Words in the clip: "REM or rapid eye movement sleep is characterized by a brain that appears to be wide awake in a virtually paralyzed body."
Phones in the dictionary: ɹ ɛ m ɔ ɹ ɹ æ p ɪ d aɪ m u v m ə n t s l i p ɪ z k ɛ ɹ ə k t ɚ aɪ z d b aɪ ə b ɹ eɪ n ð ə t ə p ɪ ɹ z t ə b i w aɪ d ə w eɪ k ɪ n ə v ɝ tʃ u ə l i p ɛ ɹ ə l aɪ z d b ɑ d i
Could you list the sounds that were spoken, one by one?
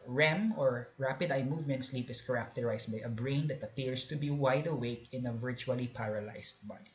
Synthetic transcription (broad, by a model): ɹ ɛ m ɔ ɹ ɹ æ p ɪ d aɪ m u v m ə n t s l i p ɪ s k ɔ ɹ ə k t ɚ aɪ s b aɪ ə b ɹ eɪ n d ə t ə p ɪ ɹ s t ə b i w aɪ d ə w eɪ k ɪ n ə v ɝ tʃ u ə l i p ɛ ɹ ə l aɪ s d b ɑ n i